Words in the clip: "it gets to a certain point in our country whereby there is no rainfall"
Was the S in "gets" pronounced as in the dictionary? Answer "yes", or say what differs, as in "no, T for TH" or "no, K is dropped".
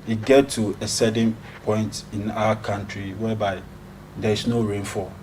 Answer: no, S is dropped